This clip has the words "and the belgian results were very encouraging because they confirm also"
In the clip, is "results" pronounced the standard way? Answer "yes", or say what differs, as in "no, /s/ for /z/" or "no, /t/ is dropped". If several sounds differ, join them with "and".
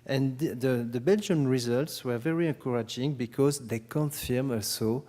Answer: yes